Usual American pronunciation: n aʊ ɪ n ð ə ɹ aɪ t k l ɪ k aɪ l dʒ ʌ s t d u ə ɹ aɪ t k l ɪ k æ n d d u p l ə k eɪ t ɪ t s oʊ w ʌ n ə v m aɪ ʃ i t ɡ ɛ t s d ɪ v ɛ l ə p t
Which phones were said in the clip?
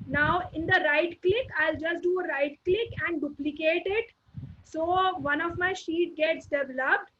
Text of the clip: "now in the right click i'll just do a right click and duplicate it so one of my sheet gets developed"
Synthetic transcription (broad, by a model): n aʊ ɪ n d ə ɹ aɪ t k l ɪ k aɪ l dʒ ʌ s t d u ə ɹ aɪ t k l ɪ k æ n d d u p l ə k eɪ t ɪ t s oʊ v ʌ n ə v m aɪ ʃ i t ɡ ɛ t s d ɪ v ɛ l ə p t